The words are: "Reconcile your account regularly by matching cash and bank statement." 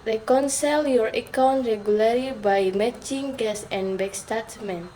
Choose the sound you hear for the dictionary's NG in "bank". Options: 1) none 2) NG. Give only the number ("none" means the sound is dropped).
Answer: 1